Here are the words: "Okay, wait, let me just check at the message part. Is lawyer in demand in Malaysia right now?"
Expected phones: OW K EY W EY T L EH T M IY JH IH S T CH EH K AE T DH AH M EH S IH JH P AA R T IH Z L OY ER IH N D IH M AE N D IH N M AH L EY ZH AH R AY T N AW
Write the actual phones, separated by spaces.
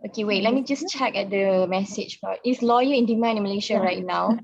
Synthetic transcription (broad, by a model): OW K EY W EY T L EH T M IY JH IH S CH EH K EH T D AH M EH S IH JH B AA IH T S L OY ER IH N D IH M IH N M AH L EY SH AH R AY T N AW